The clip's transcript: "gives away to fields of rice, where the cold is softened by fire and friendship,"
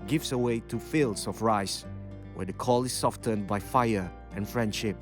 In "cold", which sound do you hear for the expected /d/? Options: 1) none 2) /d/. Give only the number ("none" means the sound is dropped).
1